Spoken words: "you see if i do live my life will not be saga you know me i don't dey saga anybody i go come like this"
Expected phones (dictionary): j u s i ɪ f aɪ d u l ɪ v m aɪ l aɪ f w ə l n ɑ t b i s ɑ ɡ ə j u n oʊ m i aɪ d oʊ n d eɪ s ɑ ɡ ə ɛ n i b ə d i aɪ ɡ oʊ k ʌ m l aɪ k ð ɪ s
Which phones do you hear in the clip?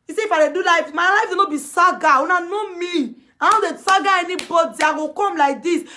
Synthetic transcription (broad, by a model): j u s i ɪ f aɪ d u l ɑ f m aɪ l aɪ f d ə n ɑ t b i s ɑ ɡ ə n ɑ n oʊ m i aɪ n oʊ d eɪ s ɑ ɡ ə ɛ n i b ə d i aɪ ɡ oʊ k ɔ m l aɪ k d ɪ s